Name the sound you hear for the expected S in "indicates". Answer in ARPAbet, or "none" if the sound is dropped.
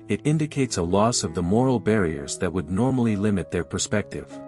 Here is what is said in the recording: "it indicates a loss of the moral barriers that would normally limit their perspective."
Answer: S